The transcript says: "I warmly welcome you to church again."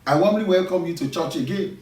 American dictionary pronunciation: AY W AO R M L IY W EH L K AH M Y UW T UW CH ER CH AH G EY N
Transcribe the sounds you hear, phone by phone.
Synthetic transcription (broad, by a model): AY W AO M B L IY W EH L K AH M Y UW T UW CH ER CH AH G EY N